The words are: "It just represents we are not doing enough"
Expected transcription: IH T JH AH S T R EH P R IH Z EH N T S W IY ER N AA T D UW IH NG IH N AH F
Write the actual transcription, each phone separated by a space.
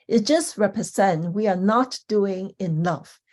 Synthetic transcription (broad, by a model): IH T JH AH S T R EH P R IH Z EH N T W IY ER N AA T D UW IH NG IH N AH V